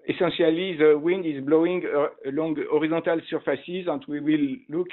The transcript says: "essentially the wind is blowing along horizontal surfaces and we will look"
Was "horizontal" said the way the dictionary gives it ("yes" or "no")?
no